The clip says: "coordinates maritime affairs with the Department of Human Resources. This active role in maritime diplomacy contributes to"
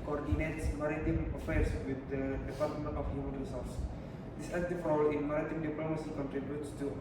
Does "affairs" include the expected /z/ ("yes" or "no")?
no